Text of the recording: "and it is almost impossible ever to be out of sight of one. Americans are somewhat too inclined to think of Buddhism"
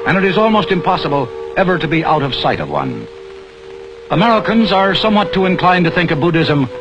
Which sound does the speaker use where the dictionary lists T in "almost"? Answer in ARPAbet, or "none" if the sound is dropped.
T